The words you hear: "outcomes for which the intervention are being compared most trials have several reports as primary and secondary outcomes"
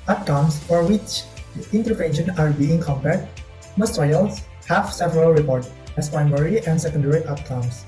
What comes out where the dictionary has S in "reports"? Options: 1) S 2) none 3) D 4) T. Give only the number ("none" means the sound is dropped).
2